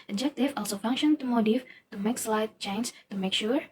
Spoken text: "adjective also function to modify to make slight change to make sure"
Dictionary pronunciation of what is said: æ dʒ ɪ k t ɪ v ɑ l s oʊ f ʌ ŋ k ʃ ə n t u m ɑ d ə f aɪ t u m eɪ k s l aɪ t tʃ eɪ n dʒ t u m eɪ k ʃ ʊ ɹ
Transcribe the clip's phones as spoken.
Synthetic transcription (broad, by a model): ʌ dʒ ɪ k t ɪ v ɑ l s oʊ f ʌ ŋ k ʃ ə n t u m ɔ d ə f t u m eɪ k s l aɪ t tʃ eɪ n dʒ t u m eɪ k ʃ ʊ ɹ